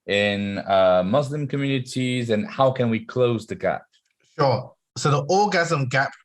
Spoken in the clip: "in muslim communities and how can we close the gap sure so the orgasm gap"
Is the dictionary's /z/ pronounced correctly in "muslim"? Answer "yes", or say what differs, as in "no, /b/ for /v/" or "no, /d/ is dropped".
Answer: yes